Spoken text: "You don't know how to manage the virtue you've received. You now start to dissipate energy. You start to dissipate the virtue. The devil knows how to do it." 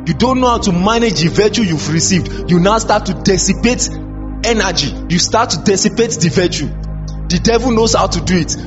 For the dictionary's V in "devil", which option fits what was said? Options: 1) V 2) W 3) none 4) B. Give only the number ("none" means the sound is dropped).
1